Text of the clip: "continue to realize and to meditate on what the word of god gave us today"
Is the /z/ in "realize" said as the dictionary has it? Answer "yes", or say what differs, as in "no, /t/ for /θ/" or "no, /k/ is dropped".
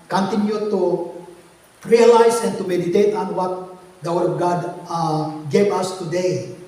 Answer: no, /s/ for /z/